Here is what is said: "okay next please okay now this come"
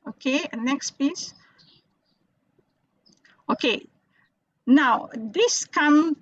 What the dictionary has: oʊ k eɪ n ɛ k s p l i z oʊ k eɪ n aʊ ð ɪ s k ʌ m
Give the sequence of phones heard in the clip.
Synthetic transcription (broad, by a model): oʊ k eɪ n ɛ k s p i s oʊ k eɪ n aʊ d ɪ s k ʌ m